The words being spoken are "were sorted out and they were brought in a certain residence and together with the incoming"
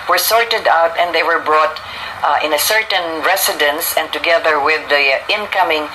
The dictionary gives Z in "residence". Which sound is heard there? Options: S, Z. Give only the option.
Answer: S